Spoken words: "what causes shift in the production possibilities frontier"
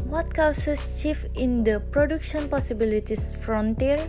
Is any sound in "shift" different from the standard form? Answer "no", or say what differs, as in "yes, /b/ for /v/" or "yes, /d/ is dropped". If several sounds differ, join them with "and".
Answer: yes, /t/ is dropped